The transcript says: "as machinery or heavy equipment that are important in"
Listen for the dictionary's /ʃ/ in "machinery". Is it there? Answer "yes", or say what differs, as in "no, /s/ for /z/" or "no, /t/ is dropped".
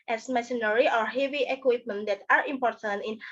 no, /s/ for /ʃ/